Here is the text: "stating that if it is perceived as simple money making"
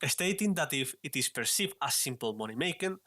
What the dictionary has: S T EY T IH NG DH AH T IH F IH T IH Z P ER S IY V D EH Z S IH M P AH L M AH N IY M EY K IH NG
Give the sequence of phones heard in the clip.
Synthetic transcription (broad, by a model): S T EY T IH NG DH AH T IH F IH T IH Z P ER S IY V AA S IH M P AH L M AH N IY M EY K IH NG